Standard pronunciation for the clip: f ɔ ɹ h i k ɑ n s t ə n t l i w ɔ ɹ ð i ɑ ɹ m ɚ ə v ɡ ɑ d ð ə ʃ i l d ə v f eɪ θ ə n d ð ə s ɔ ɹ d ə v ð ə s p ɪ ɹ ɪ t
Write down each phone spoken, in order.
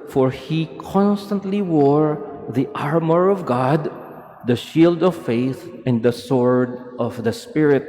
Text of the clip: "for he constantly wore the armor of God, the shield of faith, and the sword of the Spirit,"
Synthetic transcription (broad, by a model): f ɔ ɹ h i k ɑ n s t ə n t l i w ɔ ɹ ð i ɑ ɹ m ɚ ə v ɡ ɑ d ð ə ʃ i l d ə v f eɪ θ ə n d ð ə s ɔ ɹ d ə v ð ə s p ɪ ɹ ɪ t